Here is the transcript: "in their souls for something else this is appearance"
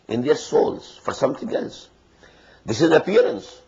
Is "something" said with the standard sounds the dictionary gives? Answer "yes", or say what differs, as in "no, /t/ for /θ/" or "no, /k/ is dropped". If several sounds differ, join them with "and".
no, /t/ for /θ/